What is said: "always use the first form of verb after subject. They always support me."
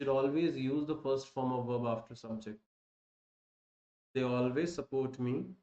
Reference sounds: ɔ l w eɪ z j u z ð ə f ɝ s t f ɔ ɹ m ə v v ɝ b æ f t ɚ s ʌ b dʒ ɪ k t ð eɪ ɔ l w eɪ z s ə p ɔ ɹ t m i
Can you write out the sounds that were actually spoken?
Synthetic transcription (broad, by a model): ɔ l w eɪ z j u z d ə f ɝ s t f ɔ ɹ m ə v v ɝ b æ f t ɚ s ʌ b dʒ ɪ k t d eɪ ɔ l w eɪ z s ə p ɔ ɹ t m i